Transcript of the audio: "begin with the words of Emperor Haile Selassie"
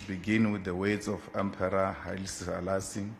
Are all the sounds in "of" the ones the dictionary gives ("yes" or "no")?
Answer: no